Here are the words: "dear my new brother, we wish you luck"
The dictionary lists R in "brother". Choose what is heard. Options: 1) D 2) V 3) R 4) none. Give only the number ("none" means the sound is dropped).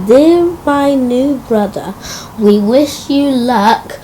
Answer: 3